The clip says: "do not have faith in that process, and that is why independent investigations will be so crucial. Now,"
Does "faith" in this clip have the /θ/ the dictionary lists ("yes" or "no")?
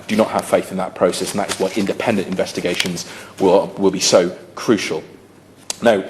yes